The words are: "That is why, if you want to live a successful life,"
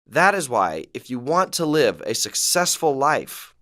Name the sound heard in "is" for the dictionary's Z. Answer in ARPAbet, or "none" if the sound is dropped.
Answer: Z